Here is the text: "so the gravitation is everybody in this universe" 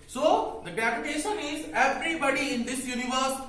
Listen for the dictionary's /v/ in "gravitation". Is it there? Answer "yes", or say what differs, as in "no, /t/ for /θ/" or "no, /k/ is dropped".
no, /p/ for /v/